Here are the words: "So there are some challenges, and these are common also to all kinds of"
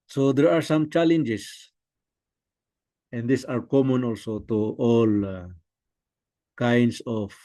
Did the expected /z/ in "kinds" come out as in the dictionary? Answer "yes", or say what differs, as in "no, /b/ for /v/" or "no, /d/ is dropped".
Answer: no, /s/ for /z/